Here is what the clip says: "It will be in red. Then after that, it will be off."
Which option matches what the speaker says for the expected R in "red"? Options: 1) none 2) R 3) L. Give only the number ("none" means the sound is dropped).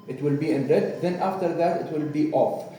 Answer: 3